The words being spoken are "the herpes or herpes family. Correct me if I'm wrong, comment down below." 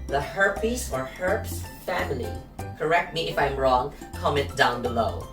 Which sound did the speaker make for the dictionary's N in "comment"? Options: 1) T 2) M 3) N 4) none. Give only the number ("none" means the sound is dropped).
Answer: 4